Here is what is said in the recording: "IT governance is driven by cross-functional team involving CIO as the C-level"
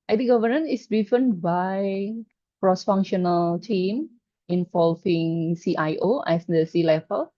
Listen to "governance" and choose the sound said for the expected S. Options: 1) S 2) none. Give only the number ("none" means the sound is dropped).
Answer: 2